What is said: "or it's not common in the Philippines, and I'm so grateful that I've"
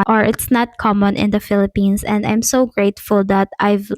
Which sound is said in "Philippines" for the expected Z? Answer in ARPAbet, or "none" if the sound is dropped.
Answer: S